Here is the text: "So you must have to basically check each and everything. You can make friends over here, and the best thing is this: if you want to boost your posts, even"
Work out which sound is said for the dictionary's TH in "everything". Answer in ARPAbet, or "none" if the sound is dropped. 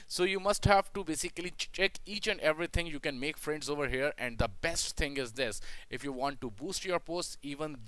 T